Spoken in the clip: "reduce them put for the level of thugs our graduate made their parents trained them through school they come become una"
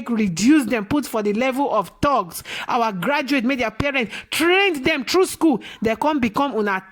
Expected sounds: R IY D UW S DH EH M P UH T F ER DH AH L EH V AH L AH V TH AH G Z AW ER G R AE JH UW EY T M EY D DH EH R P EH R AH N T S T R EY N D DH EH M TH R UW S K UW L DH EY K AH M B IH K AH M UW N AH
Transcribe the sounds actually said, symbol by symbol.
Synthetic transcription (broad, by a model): R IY D UW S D EH M P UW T F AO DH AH L EH V AH L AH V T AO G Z AW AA G R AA JH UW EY T M EY D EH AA P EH R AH N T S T R EY N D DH EH M T R UW S K UW L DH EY K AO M B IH K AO M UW N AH